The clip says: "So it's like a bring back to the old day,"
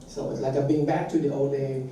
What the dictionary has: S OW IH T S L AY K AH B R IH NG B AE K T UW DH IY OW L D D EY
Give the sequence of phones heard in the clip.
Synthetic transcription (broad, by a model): S OW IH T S L AY K AH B IH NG B AE K T UW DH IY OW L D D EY